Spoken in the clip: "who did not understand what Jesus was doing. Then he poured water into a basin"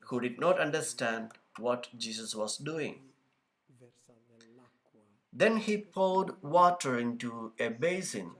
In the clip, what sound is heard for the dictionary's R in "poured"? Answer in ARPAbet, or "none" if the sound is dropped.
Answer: L